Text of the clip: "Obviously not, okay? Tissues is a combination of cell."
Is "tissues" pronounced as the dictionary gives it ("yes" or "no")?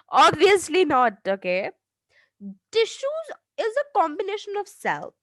yes